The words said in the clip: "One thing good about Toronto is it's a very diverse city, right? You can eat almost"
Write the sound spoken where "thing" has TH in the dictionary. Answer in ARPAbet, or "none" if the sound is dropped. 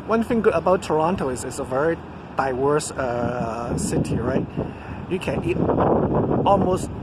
TH